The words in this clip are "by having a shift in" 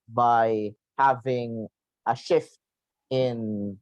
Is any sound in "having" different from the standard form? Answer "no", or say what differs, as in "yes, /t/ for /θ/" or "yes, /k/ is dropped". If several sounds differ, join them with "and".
no